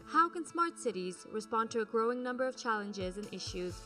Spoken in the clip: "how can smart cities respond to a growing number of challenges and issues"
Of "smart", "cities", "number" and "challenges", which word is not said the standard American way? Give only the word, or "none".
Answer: none